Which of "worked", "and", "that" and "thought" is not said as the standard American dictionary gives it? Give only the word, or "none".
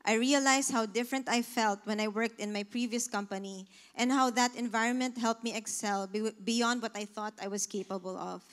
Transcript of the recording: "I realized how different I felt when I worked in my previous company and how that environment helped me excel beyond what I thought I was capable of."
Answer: none